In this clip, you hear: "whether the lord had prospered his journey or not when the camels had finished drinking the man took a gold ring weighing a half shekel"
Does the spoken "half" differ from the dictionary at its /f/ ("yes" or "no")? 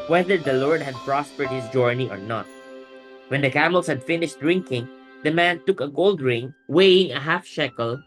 no